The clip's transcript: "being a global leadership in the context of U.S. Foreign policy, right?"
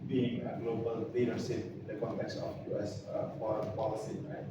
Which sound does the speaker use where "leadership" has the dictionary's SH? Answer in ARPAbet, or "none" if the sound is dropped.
S